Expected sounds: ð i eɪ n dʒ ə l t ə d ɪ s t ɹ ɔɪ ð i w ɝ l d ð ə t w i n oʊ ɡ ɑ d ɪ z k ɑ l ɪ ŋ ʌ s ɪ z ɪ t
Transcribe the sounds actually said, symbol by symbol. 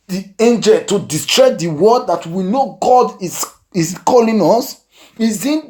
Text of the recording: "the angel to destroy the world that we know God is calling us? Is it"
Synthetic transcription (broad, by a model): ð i eɪ n dʒ ə l t ə d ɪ s t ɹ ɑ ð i w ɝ d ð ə t w i n oʊ ɡ ɑ d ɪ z k ɑ l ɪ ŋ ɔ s ɪ z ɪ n